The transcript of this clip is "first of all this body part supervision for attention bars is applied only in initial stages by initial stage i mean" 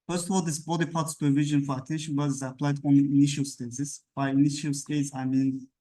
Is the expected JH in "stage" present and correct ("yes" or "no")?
no